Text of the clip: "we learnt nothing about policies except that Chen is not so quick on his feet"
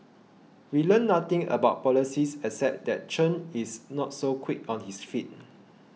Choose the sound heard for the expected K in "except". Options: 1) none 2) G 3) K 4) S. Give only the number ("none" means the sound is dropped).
1